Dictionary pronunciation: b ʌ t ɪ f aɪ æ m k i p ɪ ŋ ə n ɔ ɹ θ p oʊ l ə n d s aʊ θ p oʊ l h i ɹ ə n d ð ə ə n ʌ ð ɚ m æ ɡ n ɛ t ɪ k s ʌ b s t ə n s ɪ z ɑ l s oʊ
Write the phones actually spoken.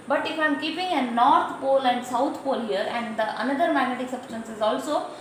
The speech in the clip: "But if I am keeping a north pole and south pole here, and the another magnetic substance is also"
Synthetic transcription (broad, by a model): b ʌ t ɪ f aɪ m k i p ɪ ŋ ə n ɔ ɹ t p oʊ l ə n d s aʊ t p oʊ l h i ɹ ə n d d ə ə n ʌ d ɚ m æ ɡ n ɛ t ɪ k s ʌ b s t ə n s ɪ z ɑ l s oʊ